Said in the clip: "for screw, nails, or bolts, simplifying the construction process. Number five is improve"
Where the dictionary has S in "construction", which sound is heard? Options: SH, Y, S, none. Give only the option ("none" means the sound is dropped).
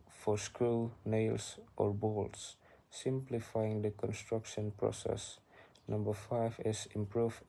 S